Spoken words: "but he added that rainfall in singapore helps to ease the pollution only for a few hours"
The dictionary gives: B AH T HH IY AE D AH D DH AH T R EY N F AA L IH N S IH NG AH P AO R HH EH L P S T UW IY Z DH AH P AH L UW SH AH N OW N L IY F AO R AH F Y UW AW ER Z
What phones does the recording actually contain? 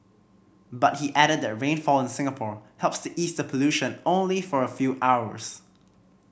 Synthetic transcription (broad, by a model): B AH T HH IY AE D AH D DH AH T R EY N F AA L IH N S IH NG AH P AO R HH EH L P S T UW IY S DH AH P AH L UW SH AH N OW N L IY F AO R AH F Y UW AW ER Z